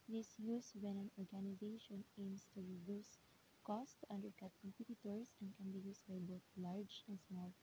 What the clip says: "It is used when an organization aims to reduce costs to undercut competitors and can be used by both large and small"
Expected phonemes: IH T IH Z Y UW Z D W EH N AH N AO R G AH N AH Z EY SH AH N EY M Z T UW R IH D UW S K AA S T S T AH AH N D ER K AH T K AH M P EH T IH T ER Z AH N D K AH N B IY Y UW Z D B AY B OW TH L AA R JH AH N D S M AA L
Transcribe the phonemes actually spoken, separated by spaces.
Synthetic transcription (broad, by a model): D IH S Y UW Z W EH N AH N AO R G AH N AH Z EY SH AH N EY M S T UW R IH D UW S K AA S T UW T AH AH N D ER K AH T K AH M P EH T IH T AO S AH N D K AH N B IY Y UW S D B AY B OW TH L AA R JH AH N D S M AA L